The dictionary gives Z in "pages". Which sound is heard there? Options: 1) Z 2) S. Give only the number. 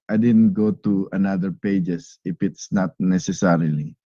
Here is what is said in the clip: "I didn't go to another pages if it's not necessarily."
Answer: 2